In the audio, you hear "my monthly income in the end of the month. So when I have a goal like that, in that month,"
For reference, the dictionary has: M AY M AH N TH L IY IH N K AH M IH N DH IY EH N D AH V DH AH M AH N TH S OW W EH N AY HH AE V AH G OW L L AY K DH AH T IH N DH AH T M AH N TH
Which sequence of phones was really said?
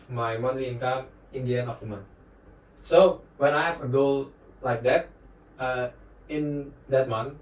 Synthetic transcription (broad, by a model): M AY M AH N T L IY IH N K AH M IH N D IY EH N AH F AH M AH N S OW W EH N AY HH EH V AH G OW L L AY K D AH T IH N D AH T M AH N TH